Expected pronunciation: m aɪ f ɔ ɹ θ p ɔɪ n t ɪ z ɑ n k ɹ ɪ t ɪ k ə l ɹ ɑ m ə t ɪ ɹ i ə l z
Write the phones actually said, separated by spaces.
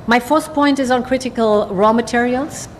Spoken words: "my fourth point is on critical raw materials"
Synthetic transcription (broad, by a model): m aɪ f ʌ ɹ s p ɔɪ n t ɪ z n k ɹ ɪ t ɪ k ə l ɹ ɑ m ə t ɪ ɹ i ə l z